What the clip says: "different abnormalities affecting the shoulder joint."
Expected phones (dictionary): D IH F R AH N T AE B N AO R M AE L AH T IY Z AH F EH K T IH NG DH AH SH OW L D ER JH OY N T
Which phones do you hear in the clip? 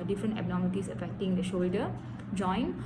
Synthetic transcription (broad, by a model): D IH F R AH N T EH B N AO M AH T IY S AH F EH K T IH NG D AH SH OW L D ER JH OY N